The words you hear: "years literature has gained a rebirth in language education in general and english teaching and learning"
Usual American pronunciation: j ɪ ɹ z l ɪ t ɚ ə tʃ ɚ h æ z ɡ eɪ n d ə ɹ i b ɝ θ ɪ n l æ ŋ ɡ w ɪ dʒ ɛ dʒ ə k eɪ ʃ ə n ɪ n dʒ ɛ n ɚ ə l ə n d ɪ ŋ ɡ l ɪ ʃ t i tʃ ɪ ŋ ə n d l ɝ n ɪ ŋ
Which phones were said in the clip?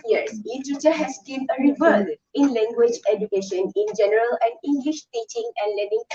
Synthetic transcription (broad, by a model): j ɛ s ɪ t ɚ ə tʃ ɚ h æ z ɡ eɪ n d ə ɹ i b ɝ s ɪ n l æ ŋ ɡ w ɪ dʒ ɛ dʒ ə k eɪ ʃ ə n ɪ n dʒ ɛ n ɚ ə l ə n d ɪ ŋ ɡ l ɪ ʃ t i tʃ ɪ ŋ ə n d l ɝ n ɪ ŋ